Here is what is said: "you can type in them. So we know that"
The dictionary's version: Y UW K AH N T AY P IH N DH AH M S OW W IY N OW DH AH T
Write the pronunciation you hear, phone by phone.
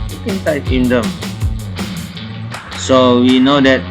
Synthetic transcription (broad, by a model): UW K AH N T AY IH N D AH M S OW W IY N OW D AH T